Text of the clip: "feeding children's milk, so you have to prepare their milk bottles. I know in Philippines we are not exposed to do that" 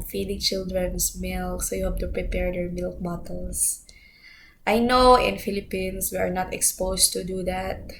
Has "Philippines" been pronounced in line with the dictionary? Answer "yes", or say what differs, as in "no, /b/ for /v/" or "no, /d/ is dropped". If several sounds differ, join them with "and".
no, /s/ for /z/